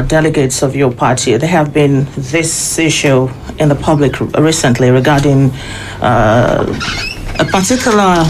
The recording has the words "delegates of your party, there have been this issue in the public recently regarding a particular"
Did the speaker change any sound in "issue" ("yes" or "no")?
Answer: no